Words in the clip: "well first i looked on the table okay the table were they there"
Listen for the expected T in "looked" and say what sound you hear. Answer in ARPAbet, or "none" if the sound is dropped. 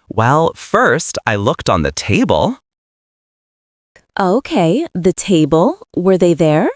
T